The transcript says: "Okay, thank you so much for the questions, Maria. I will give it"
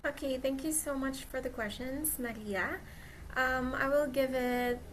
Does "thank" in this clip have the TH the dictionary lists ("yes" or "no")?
yes